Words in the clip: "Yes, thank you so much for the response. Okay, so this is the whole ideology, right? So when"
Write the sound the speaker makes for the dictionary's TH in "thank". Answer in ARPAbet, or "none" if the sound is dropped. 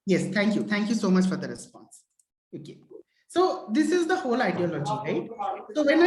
T